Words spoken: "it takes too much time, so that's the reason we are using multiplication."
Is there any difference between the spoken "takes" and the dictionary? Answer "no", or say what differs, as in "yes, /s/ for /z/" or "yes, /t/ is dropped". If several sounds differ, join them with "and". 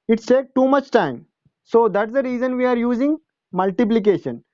yes, /s/ is dropped